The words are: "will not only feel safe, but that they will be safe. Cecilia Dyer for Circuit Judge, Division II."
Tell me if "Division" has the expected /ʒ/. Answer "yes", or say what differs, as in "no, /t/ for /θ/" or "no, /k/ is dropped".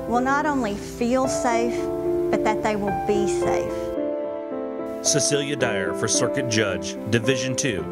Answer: yes